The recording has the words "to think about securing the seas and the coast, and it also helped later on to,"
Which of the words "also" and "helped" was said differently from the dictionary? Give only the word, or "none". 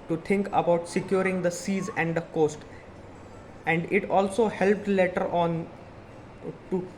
none